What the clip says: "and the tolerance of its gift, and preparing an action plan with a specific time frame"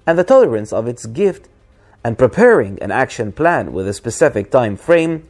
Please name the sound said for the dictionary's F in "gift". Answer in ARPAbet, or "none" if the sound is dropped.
F